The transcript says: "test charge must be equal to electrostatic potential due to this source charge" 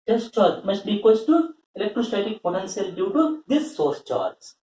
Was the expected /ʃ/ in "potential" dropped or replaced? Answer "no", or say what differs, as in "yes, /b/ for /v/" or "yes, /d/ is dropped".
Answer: yes, /s/ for /ʃ/